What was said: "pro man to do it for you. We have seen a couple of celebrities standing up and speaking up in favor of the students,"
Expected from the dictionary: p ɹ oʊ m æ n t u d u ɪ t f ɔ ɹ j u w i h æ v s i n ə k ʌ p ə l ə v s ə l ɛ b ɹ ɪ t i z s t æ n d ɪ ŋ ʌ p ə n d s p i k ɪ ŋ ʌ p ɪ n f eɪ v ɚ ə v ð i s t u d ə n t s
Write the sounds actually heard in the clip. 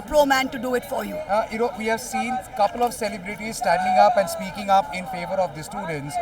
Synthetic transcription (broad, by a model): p ɹ oʊ m æ n t u d u ɪ t f ɔ ɹ j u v i h æ v s i n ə k ʌ p ə l ə v s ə l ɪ b ɹ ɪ t i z s t æ n d ɪ ŋ ʌ p ə n d s p i k ɪ ŋ ʌ p ɪ n f eɪ v ɚ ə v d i s t u d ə n t s